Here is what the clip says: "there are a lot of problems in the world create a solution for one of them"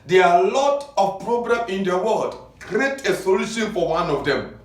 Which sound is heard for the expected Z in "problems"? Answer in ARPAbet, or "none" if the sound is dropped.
none